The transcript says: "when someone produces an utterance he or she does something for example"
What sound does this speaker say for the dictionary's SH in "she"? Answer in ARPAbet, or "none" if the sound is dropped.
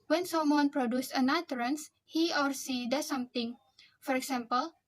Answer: S